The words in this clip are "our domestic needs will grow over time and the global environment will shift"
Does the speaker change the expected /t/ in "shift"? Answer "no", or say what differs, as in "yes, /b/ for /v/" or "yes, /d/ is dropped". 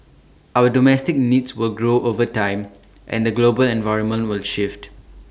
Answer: no